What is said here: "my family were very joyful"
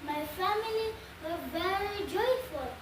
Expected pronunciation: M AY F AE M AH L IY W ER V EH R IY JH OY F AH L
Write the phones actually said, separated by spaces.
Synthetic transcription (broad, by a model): M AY F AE M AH L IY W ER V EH L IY JH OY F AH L